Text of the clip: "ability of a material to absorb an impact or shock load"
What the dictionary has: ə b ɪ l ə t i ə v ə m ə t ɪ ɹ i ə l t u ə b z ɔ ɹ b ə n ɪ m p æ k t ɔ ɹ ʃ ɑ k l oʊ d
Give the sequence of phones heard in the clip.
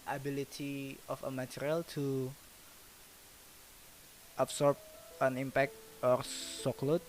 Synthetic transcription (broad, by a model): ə b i l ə t i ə f ə m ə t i ɹ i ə l t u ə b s ɔ ɹ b ə n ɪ m p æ k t ɔ ɹ s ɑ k l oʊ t